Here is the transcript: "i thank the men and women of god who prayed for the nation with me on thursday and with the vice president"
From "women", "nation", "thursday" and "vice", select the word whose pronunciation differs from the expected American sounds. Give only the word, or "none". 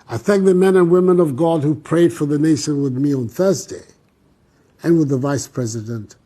none